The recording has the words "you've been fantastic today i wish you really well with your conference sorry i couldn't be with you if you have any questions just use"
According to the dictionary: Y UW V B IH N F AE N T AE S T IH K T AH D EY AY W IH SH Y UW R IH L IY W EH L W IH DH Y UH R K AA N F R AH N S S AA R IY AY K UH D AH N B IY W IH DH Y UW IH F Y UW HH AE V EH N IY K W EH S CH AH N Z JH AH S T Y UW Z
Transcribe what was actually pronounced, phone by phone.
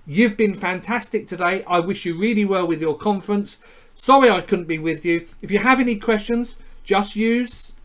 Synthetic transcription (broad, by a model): Y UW V B IH N F AE N T AE S T IH K T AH D EY AY W IH SH Y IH R IH L IY W EH L W IH DH Y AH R K AA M F R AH N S S AA R IY AY K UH D N B IY W IH DH Y UW IH F Y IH V EH N IY K W EH S CH AH N Z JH AH S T Y UW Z